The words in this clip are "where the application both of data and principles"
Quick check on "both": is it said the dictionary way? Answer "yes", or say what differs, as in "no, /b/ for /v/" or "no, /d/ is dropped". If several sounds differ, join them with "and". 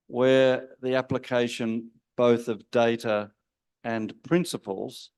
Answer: yes